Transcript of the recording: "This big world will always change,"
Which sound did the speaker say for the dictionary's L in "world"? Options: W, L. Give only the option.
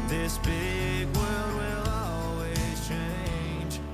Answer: L